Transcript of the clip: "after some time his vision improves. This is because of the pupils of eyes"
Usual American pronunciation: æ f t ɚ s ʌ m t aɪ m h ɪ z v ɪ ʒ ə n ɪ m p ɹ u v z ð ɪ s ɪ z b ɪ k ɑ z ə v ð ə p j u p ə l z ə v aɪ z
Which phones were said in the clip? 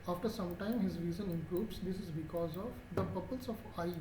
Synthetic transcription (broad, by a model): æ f t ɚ s ʌ m t aɪ m h ɪ z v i z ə n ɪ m p ɹ u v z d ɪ s ɪ z b ɪ k ɑ z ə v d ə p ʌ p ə l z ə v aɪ